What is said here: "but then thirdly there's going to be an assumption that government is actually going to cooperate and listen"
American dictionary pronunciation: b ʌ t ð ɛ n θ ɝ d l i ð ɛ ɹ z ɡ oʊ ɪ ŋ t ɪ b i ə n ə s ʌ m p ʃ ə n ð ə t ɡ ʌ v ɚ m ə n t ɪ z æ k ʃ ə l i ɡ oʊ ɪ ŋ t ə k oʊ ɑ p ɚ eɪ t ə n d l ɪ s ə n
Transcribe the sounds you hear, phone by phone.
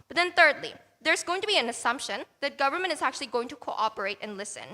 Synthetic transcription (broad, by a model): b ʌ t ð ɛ n θ ɝ d l i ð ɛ ɹ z ɡ oʊ ɪ ŋ t ɪ b i ə n ə s ʌ m p ʃ ə n ð ə t ɡ ʌ v ɚ m ə n t ɪ z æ k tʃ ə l i ɡ oʊ ɪ ŋ t ə k oʊ ɑ p ɚ eɪ t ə n l ɪ s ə n